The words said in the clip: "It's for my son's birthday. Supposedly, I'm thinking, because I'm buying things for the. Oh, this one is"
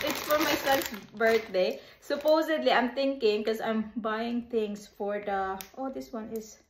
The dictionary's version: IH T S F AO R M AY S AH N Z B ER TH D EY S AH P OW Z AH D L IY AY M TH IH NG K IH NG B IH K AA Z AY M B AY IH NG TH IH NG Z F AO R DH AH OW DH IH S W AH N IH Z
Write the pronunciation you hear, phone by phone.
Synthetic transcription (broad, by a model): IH T S F AO R M AY S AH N S B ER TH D EY S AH P OW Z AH D L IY AY M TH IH NG K IH NG K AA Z AY M B AY IH NG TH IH NG S F AO R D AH OW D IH S W AH N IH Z